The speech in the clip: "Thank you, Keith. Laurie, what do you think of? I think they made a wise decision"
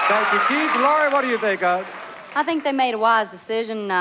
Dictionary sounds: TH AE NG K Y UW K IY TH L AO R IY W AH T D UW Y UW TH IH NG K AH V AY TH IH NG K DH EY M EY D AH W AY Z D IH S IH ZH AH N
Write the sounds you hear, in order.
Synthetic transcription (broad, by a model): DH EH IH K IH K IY T L AO R IY W AH T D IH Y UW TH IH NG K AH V AY TH IH NG K DH EY M EY D AH W AY Z D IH S IH ZH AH N